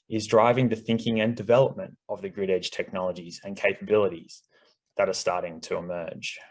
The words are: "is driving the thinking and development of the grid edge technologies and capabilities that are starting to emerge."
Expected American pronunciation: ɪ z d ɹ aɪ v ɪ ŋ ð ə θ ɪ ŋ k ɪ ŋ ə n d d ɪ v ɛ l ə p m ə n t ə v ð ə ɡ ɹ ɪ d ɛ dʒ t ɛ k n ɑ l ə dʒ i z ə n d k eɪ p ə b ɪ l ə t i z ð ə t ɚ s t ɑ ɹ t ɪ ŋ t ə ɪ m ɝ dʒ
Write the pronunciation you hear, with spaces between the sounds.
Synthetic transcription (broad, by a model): ɪ z d ɹ aɪ v ɪ ŋ ð ə θ ɪ ŋ k ɪ ŋ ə n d d ɪ v ɛ l ə p m ə n t ə v ð ə ɡ ɹ ɪ d ɛ dʒ t ɛ k n ɑ l ə dʒ i z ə n k eɪ p ə b ɪ l ə t i z ð ə t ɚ s t ɑ ɹ t ɪ ŋ t ə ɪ m ɝ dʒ